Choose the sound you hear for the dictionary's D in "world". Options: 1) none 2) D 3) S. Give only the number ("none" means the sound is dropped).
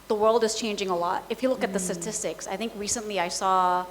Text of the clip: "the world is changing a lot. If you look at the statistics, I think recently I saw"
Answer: 2